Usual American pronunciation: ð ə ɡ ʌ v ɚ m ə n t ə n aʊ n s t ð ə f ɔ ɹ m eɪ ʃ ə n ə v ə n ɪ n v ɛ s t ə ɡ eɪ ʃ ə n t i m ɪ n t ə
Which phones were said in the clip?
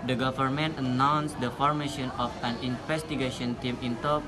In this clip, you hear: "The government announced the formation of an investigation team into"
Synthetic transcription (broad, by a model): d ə ɡ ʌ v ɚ m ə n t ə n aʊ n s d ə f ɔ ɹ m eɪ ʃ ə n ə f ə n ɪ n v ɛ s t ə ɡ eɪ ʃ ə n t i m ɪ n t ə